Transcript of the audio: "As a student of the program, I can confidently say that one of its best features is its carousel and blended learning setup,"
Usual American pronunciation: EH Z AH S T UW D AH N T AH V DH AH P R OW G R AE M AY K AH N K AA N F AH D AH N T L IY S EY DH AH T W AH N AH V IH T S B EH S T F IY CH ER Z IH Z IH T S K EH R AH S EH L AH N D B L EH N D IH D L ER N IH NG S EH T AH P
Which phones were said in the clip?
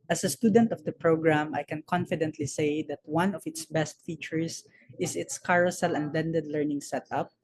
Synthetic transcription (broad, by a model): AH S AH S T UW D AH N T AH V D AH P R OW G R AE M AY K AH N K AA N F AH D AH N T L IY S EY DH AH T W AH N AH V IH T S B EH S T F IY CH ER S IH S IH T S K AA R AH S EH L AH N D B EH N D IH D L ER N IH NG S EH T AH P